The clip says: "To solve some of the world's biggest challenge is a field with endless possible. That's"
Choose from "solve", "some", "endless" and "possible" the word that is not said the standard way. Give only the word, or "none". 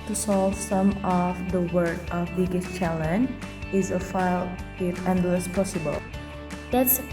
none